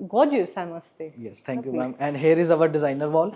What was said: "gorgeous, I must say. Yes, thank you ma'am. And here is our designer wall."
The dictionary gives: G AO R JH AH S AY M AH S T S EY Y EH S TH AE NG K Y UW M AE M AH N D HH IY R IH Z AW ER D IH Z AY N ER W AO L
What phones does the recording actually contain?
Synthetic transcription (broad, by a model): G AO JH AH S AY M AH S T S EY Y EH S T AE K Y UW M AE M AH N D HH IY R IH Z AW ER D IH Z AY N ER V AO L